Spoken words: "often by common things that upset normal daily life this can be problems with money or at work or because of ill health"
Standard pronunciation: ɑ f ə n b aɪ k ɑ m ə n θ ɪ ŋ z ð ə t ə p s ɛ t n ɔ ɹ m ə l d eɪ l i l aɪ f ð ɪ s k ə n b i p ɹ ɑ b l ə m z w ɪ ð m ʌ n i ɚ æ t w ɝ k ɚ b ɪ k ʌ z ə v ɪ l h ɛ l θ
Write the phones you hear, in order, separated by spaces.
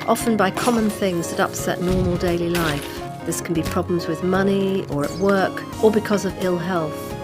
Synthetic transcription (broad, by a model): ɑ f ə n b aɪ k ɑ m ə n θ ɪ ŋ z ð ə t ə p s ɛ t n ɔ ɹ m ə l d eɪ l i l aɪ f ð ɪ s k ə n b i p ɹ ɑ b l ə m z w ɪ ð m ʌ n i ɚ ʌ t w ɝ k ɚ b ɪ k ʌ z ə v ɪ l h ɛ l θ